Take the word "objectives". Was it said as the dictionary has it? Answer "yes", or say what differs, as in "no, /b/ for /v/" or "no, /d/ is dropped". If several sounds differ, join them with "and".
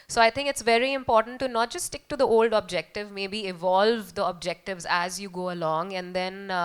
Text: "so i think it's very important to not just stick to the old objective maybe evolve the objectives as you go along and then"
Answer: yes